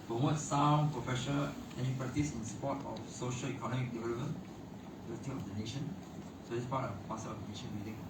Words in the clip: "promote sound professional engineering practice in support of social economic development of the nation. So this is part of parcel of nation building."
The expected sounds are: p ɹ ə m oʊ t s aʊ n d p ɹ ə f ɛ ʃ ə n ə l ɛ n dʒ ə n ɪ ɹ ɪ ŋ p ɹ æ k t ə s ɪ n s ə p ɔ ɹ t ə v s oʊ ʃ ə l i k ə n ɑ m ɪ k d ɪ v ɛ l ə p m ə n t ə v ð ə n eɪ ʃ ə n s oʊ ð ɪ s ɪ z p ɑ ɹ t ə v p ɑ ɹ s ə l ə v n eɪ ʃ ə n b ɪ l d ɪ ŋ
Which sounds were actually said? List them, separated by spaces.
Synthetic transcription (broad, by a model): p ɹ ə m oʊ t s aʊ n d p ɹ ə f ɛ ʃ ə n ə l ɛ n ə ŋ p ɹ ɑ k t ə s ɪ n s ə p ɔ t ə f s oʊ ʃ ə l i k ə n ɑ m ɪ k d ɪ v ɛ l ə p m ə n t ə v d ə n eɪ ʃ ə n s oʊ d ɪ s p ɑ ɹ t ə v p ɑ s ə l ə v n eɪ ʃ ə n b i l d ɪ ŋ